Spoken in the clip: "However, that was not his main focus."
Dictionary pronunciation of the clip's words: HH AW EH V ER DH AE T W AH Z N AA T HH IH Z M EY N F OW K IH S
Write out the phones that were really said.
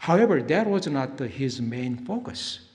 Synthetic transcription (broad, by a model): HH AW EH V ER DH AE T W AH Z N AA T HH IH Z M EY N F OW K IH S